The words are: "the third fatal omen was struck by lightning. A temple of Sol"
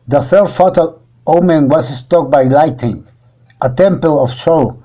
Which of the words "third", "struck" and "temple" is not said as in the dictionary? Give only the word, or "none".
struck